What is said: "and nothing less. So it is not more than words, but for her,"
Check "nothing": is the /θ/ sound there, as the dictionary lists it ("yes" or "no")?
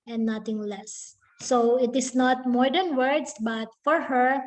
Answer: no